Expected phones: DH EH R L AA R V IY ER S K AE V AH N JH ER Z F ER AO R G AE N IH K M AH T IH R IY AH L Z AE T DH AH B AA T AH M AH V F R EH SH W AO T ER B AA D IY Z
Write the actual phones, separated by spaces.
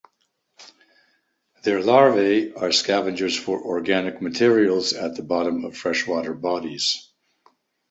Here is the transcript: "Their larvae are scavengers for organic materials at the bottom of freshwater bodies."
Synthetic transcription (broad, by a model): DH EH R L AA R V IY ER S K AE V AH N JH ER Z F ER AO R G AE N IH K M AH T IH R IY AH L Z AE T DH AH B AA T AH M AH V F R EH SH W AO T ER B AA D IY Z